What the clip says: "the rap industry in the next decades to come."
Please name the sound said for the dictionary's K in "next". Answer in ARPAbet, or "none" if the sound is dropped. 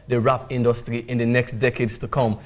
K